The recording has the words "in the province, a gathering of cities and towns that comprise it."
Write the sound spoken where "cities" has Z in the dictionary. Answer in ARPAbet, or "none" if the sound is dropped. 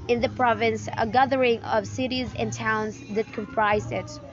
Z